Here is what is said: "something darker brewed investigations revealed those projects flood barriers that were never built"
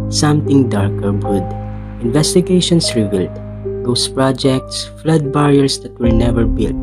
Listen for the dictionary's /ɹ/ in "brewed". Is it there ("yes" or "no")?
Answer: no